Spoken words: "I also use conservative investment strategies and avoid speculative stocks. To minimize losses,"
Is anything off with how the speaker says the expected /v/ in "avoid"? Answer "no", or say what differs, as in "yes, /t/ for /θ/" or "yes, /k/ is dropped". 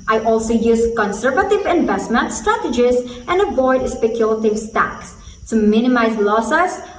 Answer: yes, /b/ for /v/